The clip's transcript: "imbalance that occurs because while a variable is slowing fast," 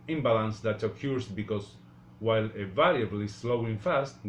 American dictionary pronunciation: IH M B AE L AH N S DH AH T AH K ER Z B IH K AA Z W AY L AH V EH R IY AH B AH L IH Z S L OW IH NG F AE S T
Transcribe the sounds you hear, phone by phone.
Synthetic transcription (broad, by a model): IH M B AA L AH N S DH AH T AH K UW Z B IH K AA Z W AY L AH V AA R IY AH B L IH S L OW IH NG F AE S T